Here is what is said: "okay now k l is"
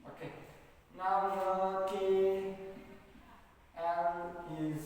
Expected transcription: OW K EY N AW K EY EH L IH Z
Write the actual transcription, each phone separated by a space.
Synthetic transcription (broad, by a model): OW K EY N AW K EY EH N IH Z